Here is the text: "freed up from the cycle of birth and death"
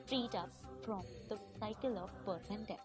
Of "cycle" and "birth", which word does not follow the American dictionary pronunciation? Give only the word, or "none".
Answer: birth